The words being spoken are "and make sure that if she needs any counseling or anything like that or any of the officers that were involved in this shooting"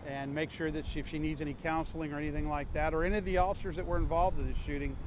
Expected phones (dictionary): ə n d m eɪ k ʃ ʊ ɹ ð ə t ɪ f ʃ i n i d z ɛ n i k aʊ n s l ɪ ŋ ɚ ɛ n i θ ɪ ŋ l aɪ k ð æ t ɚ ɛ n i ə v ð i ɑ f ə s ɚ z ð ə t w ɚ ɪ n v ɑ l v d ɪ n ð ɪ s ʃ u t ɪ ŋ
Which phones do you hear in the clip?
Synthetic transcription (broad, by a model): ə n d m eɪ k ʃ ʊ ɹ ð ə t ɪ f ʃ i n i d z ɛ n i k aʊ n s l ɪ ŋ ɚ ɛ n i θ ɪ ŋ l aɪ k ð æ t ɚ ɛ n i ə v ð i ɑ f ə s ɚ z ð ə t w ɚ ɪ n v ɑ l v d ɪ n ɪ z ʃ u t ɪ ŋ